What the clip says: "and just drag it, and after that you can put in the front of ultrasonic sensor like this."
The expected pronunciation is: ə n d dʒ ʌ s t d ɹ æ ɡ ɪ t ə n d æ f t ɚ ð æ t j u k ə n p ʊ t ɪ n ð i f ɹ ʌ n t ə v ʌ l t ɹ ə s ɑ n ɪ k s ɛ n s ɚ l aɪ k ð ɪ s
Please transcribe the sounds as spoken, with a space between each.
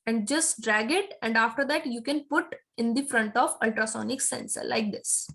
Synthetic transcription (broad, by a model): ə n d dʒ ʌ s t d ɹ æ ɡ ɪ t ə n d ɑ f t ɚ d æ t j u k ə n p ʊ t ɪ n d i f ɹ ʌ n t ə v ʌ l t ɹ ə s ɑ n ɪ k s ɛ n s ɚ l aɪ k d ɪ s